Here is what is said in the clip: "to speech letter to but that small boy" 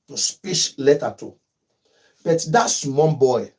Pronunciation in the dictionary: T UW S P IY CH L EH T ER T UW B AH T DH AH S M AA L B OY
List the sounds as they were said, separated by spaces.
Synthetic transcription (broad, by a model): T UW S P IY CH L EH T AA T UW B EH T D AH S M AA N B OY